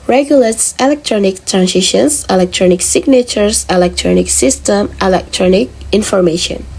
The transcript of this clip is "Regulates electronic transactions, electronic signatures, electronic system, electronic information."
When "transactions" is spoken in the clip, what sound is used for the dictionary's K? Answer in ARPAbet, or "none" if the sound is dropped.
none